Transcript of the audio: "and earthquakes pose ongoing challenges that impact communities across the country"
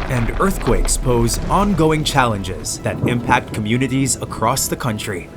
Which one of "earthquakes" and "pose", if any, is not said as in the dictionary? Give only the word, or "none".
none